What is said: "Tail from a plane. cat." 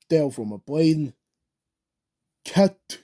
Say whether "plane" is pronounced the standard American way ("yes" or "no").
no